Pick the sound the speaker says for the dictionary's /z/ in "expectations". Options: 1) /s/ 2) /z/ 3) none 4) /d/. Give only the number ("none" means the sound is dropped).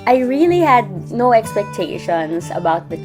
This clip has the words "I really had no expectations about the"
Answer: 1